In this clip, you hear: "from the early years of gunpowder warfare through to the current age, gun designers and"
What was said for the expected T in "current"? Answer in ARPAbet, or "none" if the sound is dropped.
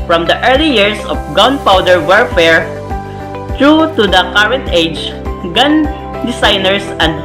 T